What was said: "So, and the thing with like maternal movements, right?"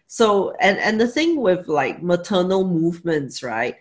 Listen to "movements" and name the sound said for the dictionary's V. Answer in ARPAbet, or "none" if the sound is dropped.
V